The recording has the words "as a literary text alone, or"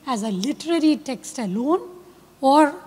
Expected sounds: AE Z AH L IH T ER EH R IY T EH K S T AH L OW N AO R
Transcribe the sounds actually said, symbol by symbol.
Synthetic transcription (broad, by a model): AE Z AH L IH T ER EH R IY T EH K S T AH L OW N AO R